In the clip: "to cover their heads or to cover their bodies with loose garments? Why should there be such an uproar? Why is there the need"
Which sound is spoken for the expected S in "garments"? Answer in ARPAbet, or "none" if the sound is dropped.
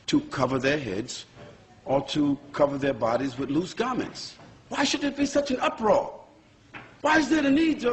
S